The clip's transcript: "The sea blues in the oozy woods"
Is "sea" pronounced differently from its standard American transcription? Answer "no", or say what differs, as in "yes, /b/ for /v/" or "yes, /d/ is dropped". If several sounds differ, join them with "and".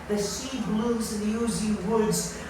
no